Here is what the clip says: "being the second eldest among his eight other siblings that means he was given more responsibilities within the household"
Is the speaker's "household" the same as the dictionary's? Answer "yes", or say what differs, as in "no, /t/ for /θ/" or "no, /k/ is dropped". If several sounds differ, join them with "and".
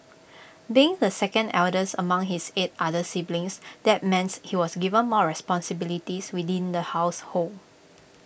no, /d/ is dropped